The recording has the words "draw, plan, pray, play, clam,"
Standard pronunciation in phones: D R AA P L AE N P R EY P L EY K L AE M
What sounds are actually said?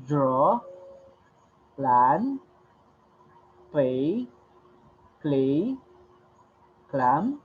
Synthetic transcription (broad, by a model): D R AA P L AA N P EY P L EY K L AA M